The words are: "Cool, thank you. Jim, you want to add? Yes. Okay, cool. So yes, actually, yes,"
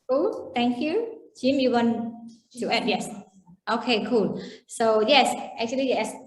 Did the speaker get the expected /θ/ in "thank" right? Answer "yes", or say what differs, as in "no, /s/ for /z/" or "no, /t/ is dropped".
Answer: no, /t/ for /θ/